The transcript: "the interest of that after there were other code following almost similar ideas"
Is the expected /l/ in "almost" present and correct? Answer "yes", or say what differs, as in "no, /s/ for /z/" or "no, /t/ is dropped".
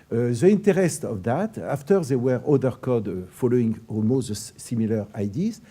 no, /l/ is dropped